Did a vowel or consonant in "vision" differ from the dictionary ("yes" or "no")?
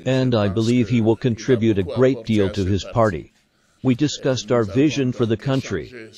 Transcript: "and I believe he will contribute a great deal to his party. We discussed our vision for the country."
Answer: no